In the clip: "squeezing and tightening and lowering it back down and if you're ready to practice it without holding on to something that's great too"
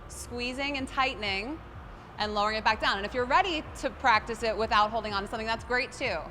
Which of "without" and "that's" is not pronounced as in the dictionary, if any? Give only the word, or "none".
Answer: none